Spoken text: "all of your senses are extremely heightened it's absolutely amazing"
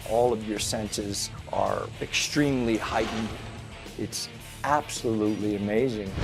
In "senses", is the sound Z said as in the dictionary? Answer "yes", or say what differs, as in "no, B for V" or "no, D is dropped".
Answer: yes